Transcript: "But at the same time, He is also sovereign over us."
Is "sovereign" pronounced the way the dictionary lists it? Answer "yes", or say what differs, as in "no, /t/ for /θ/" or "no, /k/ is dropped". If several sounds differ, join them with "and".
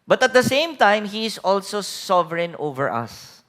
yes